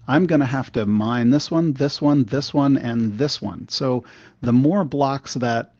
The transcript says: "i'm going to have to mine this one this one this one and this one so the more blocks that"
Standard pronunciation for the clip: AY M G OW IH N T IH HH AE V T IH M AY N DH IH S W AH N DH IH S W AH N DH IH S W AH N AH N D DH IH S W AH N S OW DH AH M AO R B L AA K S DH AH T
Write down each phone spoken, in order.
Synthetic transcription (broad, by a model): AY M G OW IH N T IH HH AE F T IH M AY N DH IH S W AH N DH IH S W AH N DH IH S W AH N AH N DH IH S W AH N S OW DH AH M AO R B L AA K S DH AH T